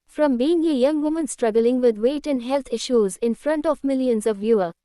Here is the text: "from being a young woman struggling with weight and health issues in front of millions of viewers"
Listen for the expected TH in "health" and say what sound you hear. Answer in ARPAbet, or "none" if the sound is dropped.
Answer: T